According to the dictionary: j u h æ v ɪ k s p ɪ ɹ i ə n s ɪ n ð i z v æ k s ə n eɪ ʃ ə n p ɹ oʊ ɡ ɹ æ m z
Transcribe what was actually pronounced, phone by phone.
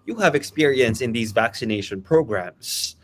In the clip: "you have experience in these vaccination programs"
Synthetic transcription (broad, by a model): j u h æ v ɪ k s p ɪ ɹ i ə n s ɪ n ð i z v æ k s ə n eɪ ʃ ə n p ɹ oʊ ɡ ɹ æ m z